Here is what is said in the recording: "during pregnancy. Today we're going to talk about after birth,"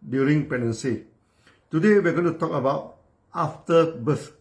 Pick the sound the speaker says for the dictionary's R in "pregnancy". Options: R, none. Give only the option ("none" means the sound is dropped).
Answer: none